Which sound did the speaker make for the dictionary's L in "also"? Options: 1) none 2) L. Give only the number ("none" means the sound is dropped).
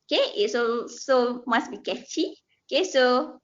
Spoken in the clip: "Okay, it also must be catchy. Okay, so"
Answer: 1